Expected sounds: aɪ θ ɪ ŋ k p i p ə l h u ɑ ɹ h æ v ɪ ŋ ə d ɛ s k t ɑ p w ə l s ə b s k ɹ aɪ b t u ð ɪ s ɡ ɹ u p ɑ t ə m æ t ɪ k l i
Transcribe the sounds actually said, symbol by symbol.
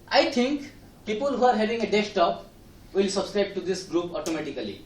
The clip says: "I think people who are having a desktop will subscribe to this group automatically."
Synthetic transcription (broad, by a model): aɪ t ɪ ŋ k p i p ə l h u ɑ ɹ h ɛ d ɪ ŋ ə d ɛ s t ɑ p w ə l s ə b s k ɹ aɪ b t u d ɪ s ɡ ɹ u p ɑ t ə m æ t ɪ k l i